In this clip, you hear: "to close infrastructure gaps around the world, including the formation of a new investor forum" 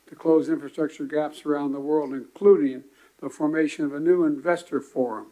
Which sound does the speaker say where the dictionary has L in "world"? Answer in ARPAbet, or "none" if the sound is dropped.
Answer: L